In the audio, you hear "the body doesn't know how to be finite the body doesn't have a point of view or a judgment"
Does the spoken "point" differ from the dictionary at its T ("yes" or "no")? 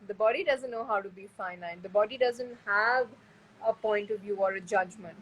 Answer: no